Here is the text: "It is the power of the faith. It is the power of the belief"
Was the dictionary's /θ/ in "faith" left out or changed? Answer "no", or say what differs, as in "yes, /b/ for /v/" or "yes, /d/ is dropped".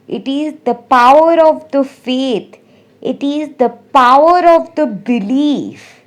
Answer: yes, /t/ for /θ/